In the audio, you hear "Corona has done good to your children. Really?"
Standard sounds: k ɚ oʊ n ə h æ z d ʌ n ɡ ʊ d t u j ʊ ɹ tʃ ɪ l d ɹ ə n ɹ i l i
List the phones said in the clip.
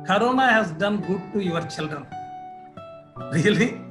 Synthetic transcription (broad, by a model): k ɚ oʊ n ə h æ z d ʌ n ɡ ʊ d t u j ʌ ɹ tʃ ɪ l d ə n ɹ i l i